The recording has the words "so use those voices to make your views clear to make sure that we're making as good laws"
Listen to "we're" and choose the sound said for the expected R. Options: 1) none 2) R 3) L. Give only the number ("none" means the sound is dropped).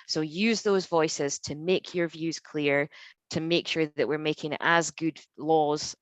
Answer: 2